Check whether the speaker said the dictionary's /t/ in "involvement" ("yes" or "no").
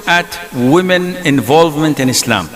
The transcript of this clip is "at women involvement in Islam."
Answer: yes